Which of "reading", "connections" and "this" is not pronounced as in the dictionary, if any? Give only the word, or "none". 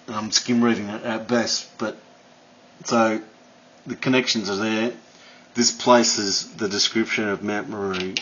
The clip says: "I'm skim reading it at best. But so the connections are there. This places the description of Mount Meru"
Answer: none